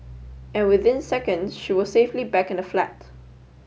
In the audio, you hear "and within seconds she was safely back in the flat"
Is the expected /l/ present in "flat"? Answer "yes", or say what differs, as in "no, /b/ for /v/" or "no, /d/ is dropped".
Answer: yes